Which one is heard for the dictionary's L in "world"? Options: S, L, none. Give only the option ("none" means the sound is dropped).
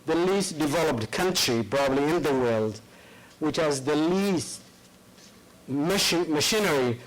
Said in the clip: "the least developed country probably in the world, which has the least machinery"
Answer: L